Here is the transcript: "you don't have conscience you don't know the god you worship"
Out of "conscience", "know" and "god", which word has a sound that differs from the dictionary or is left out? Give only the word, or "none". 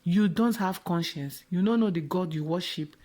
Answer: none